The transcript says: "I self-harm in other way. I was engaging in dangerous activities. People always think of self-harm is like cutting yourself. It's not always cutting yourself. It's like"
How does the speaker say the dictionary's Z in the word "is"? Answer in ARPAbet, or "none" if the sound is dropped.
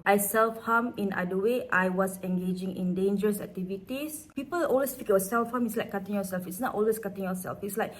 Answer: S